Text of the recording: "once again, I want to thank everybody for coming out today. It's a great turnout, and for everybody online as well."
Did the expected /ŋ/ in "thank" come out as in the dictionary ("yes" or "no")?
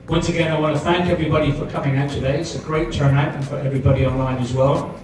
yes